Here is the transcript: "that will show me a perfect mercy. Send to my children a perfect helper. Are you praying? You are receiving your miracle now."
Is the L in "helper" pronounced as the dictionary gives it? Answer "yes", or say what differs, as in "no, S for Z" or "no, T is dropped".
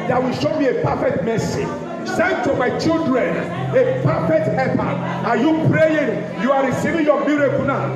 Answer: no, L is dropped